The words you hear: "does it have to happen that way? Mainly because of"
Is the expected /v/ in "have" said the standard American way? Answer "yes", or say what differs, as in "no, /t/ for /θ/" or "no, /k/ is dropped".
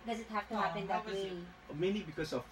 no, /f/ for /v/